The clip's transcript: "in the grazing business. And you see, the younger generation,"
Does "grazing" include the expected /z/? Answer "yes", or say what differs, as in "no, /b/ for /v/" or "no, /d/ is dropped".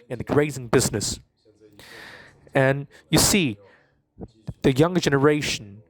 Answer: yes